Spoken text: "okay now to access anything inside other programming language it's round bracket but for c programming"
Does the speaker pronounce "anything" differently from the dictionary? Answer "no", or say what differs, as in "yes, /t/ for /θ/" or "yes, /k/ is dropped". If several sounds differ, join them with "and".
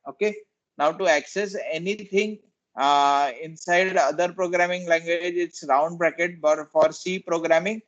yes, /t/ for /θ/